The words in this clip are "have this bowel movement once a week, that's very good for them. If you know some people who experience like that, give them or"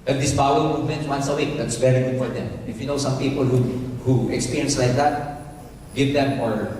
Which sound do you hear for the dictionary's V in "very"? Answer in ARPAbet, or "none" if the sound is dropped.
B